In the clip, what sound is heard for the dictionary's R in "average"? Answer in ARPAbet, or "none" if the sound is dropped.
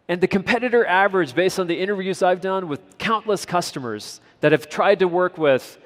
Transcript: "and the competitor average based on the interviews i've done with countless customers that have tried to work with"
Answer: R